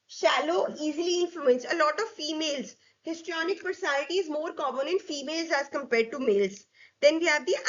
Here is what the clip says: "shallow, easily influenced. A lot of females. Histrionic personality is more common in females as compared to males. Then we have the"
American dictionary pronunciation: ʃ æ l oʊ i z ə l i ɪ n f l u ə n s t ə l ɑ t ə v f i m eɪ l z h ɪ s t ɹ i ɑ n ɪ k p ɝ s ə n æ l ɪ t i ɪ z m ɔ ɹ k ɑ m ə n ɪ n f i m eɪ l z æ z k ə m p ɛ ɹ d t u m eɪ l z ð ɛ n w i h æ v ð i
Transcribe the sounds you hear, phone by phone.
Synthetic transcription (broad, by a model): ʃ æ l oʊ i z ə l i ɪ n f l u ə n s ə l ɑ t ə v f i m eɪ l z h ɪ s t ɹ i ɑ n ɪ k p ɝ s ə n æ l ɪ t i ɪ z m ɔ ɹ k ɑ m ə n ɪ n f i m eɪ l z æ z k ə m p ɛ ɹ d t u m eɪ l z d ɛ n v i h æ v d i